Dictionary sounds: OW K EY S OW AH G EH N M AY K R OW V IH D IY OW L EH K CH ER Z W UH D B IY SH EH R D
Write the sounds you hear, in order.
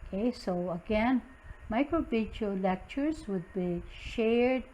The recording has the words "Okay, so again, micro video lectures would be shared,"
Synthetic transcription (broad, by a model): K EY S OW AH G EH N M AY K R OW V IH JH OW L EH K CH ER Z W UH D B IY SH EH R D